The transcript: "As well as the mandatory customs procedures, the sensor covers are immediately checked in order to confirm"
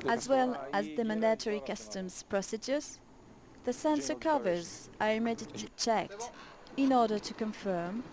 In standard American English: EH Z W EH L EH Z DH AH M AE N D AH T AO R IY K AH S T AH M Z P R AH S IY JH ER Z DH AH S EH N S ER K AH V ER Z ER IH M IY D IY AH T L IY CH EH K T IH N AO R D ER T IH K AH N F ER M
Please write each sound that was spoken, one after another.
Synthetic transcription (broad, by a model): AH Z W EH L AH Z DH AH M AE N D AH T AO R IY K AH S T AH M Z P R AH S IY JH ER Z DH AH S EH N S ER K AH V ER Z ER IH M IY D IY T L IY CH EH K T IH N AO R D ER T IH K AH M F ER M